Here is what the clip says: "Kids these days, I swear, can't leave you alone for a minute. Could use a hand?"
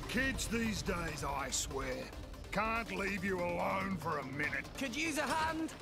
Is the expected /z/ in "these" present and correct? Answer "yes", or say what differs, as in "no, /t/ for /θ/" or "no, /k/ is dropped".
yes